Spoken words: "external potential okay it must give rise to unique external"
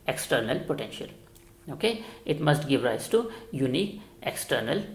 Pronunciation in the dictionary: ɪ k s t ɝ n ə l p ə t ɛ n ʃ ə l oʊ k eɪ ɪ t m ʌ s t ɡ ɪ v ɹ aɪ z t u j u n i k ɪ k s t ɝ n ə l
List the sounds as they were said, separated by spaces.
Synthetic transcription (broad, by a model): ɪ k s t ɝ n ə l p ə t ɛ n ʃ ə l oʊ k eɪ ɪ t m ʌ s t ɡ ɪ v ɹ aɪ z t u j u n i k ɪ k s t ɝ n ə l